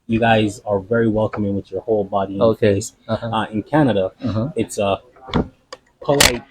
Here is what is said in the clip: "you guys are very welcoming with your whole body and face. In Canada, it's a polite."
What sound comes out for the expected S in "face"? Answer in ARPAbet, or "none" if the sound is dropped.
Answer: none